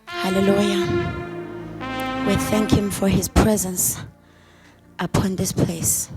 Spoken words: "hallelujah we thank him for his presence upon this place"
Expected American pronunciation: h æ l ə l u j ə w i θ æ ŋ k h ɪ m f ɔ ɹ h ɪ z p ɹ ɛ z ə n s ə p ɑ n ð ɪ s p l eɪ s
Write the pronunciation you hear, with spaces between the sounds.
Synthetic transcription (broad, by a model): h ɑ l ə l u j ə w i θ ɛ ŋ k h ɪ m f ɔ ɹ h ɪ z p ɹ ɛ z ə n s ə p ɑ n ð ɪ s p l eɪ s